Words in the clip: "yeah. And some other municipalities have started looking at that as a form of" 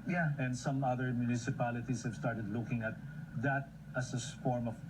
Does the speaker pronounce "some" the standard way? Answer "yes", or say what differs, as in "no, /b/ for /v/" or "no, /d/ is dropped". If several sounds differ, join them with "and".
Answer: yes